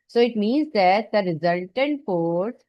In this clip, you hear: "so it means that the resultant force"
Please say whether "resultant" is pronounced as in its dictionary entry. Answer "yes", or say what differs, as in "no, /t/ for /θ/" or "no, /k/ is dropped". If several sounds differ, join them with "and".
yes